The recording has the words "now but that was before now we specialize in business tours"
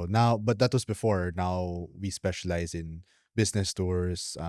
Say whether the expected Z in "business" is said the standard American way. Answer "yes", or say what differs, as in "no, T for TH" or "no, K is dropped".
no, S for Z